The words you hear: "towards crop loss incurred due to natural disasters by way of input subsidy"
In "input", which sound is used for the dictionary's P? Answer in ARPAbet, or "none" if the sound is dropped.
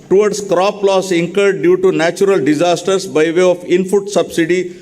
F